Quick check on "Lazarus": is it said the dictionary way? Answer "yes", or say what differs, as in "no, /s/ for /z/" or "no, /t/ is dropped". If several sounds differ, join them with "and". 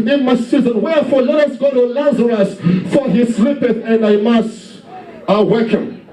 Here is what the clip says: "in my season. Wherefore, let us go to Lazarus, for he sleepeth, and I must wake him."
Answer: yes